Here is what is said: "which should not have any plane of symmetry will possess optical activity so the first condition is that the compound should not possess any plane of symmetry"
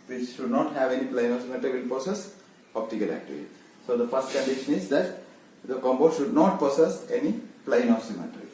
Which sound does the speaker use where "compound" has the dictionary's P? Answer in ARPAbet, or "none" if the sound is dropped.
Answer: B